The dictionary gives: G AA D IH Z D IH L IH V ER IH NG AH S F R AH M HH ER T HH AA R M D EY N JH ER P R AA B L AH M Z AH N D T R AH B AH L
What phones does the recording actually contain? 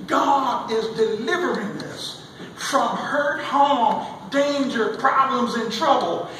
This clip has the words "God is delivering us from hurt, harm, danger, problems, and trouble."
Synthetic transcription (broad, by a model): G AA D IH Z D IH L IH V ER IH NG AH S F R AH M HH ER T HH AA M D EY N JH ER P R AA B L AH M Z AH N T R AH B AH L